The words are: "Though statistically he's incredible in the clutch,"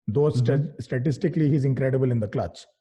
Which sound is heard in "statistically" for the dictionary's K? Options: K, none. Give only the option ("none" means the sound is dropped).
K